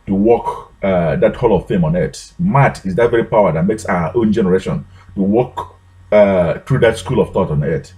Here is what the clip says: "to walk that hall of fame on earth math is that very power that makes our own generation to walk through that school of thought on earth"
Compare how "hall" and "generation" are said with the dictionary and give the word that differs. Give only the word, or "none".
none